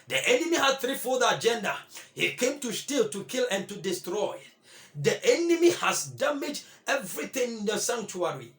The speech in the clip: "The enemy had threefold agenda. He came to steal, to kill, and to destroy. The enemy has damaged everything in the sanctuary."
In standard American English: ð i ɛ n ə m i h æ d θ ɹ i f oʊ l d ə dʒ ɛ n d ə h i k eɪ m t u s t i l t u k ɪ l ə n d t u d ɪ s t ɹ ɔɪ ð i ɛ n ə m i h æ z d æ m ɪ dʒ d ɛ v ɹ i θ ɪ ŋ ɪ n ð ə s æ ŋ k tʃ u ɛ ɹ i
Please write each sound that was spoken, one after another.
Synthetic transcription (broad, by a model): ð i ɛ n ə m i h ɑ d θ ɹ i f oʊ d ə dʒ ɛ n d ə h i k eɪ m t u s t i l t u k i l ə n t u d ɪ s t ɹ ɔɪ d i ɛ n ə m i h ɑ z d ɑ m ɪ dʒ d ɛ v ɹ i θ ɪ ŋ ɪ n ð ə s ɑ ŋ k tʃ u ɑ ɹ i